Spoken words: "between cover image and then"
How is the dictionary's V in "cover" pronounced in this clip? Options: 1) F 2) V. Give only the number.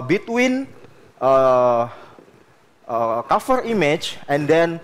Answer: 1